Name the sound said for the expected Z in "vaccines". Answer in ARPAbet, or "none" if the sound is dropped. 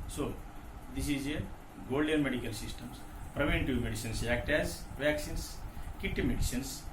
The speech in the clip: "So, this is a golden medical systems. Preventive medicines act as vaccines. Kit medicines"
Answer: S